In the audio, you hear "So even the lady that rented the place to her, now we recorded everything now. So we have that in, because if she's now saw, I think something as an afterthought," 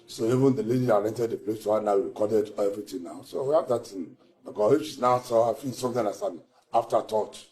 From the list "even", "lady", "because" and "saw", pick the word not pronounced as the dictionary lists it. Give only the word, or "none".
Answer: because